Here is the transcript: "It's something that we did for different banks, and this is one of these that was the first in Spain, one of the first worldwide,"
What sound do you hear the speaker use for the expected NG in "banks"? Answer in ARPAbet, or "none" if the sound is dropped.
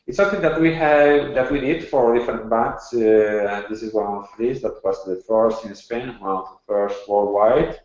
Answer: none